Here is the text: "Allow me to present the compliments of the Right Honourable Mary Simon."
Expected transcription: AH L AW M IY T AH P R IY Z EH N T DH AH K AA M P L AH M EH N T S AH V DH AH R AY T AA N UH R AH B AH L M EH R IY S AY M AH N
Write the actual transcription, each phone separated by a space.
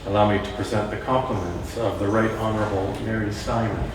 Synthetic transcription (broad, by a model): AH L AW M IY T AH P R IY Z EH N DH AH K AA M P L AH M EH N T S AH V DH AH R AY T AA N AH R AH B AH L M EH R IY S AY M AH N